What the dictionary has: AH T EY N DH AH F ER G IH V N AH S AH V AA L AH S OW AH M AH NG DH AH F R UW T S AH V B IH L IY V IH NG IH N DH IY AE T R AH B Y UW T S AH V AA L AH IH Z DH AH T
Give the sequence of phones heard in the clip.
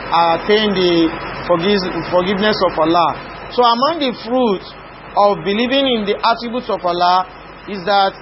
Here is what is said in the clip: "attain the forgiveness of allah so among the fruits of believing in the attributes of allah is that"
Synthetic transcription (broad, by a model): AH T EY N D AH F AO G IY V N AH S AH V AA L AH S OW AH M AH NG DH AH F R UW T AH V B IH L IY V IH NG IH N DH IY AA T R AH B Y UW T S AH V AA L AH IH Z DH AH T